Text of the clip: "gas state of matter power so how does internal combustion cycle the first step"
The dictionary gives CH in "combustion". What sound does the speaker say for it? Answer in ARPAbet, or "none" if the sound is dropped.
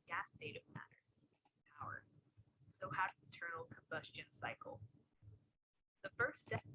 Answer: CH